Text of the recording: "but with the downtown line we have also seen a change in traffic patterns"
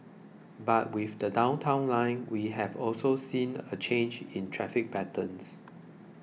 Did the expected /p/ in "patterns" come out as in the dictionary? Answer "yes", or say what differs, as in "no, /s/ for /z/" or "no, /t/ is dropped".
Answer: no, /b/ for /p/